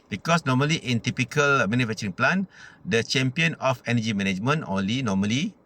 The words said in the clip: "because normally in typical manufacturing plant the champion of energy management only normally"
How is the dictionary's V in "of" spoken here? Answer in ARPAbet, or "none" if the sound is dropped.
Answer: F